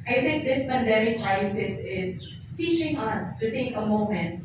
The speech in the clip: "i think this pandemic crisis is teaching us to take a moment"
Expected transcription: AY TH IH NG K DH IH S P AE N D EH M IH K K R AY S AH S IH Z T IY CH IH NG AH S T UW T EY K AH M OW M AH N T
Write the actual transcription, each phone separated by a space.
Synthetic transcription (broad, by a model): AY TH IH NG K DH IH S B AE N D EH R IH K K R AY S AH S IH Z T IY CH IH NG AH S T UW T EY K AH M OW M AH N T